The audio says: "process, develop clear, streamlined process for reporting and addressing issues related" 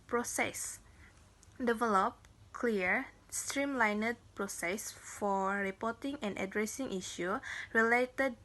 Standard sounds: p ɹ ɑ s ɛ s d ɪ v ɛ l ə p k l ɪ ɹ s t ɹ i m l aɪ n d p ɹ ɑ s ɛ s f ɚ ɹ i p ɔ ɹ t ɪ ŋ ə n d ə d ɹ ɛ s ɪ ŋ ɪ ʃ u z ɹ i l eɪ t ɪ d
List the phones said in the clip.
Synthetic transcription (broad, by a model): p ɹ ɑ s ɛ s d ɪ v ɛ l ə p k l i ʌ s t ɹ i m l aɪ n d p ɹ ɑ s ɛ s f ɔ ɹ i p ɔ t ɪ ŋ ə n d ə d ɹ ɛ s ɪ ŋ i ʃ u ɹ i l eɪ t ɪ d